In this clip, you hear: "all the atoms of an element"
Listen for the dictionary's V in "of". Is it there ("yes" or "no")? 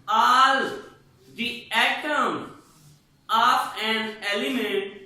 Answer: no